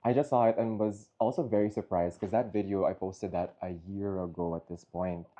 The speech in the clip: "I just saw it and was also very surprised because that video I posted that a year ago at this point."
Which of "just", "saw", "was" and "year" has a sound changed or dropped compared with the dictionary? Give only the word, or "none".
none